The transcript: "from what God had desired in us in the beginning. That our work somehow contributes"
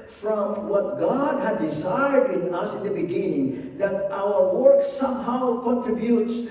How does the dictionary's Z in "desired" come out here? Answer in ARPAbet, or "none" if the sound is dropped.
Z